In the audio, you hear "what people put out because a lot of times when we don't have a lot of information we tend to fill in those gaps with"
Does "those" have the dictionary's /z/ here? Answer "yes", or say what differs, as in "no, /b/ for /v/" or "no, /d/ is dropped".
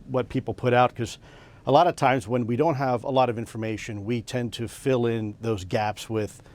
yes